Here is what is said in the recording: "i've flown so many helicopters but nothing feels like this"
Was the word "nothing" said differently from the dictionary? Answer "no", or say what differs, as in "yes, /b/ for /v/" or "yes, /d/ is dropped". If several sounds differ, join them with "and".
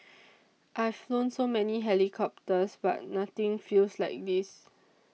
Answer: yes, /t/ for /θ/